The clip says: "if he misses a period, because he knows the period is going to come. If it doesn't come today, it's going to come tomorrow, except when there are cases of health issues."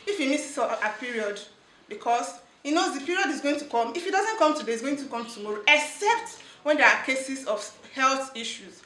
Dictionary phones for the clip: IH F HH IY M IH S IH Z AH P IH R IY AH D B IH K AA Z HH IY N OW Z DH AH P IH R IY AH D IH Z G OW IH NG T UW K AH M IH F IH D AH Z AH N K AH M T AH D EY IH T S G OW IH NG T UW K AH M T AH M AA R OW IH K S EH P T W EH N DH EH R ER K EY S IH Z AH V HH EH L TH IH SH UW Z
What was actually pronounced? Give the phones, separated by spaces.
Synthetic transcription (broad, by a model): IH F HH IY M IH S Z AH P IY R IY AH D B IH K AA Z HH IY N OW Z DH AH P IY R IY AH D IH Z G OW IH NG T UW K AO M IH F IH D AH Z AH N K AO M T AH D EY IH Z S G OW IH NG T UW K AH M T AH M AA R OW IH K S EH P T W EH N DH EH R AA K EY S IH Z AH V HH EH L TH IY SH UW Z